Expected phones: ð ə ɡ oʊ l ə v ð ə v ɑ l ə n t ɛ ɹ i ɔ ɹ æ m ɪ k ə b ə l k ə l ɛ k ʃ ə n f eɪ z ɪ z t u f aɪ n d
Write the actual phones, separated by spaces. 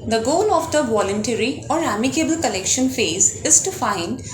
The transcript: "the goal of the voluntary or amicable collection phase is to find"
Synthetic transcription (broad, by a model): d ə ɡ oʊ l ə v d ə v ɑ l ə n t ɛ ɹ i ɔ ɹ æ m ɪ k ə b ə l k ə l ɛ k ʃ ə n f eɪ z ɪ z t u f aɪ n d